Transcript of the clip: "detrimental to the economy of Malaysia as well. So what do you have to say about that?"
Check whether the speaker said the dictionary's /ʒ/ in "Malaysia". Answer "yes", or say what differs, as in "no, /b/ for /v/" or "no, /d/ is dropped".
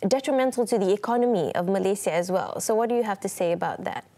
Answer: no, /s/ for /ʒ/